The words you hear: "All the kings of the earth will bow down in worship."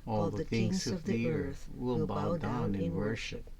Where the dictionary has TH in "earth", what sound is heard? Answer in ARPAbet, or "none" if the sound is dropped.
TH